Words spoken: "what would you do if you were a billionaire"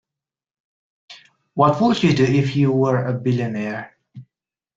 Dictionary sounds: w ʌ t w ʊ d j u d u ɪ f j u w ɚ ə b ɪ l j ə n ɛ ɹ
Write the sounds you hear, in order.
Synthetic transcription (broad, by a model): w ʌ t w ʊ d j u d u ɪ f j u w ɚ ə b ɪ l j ə n ɛ ɹ